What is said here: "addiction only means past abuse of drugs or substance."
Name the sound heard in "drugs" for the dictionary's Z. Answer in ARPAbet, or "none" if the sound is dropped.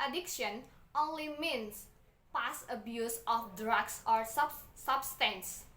S